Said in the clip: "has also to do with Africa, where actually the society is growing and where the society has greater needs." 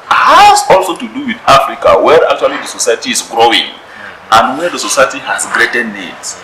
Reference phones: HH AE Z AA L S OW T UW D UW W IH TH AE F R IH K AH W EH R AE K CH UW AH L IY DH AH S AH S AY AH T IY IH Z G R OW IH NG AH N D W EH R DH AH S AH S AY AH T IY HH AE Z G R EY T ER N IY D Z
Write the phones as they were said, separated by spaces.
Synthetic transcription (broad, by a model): HH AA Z AA L S OW T UW D UW W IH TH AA F R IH K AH W EH R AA K CH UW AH L IY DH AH S AH S AY AH T IY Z G R OW IH NG AH N D W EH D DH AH S AH S AY AH T IY HH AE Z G R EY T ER N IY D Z